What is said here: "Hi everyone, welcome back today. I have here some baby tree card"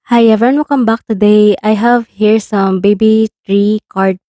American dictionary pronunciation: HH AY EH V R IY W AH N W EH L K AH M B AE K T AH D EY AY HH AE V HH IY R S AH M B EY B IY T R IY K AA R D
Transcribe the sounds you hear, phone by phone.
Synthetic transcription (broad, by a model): HH AY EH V IY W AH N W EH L K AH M B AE K T AH D EY AY HH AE V HH IY R S AH M B EY B IY T R IY K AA R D